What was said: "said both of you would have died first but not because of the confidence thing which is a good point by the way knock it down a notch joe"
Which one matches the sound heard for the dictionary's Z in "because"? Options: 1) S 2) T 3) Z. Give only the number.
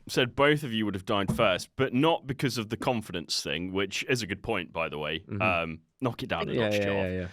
3